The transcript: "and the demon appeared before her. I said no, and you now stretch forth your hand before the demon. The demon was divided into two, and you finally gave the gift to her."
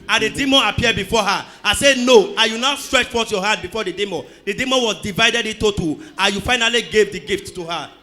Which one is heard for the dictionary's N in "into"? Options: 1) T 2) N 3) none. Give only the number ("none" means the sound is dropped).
3